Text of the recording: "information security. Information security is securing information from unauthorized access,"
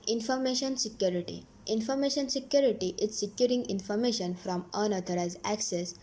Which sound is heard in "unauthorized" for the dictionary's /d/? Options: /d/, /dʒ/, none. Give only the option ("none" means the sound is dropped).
none